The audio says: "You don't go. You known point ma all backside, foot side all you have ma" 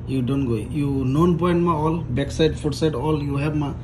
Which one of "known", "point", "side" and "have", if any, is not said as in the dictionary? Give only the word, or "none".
have